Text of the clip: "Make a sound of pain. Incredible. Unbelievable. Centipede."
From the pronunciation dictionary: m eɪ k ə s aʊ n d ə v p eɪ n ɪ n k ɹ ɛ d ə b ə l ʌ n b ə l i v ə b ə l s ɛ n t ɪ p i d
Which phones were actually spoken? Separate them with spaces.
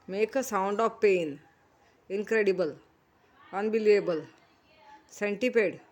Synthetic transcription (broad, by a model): m eɪ k ə s aʊ n d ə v p eɪ n ɪ n k ɹ ɛ d ə b ə l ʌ n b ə l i ə b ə l s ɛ n t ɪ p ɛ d